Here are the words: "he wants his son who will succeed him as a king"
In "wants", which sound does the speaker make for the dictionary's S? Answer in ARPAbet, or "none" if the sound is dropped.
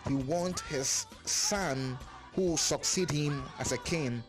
none